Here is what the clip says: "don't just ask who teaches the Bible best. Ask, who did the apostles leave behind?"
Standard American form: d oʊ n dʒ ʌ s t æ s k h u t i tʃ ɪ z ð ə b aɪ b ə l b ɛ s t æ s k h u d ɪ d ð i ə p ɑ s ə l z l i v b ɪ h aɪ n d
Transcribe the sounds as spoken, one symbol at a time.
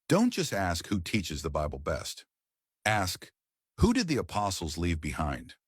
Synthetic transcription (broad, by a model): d oʊ n dʒ ʌ s t æ s k h u t i tʃ ɪ z ð ə b aɪ b l b ɛ s t æ s k h u d ɪ d ð i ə p ɑ s l z l i v b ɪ h aɪ n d